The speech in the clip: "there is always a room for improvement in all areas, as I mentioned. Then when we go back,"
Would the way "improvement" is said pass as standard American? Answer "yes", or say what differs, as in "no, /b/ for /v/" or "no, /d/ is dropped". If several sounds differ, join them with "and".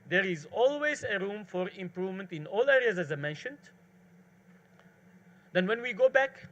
yes